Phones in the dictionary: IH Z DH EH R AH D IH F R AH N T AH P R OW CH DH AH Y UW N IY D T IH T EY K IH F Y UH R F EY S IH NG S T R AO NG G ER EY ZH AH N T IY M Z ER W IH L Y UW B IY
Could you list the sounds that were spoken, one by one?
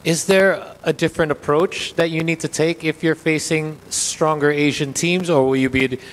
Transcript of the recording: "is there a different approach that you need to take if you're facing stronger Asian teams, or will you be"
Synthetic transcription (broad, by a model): IH Z DH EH R AH D IH F R AH N T AH P R OW CH DH AH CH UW N IY D T IH T EY K IH F Y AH R F EY S IH NG S T R AO NG G ER EY ZH AH N T IY M Z ER W IH L Y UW B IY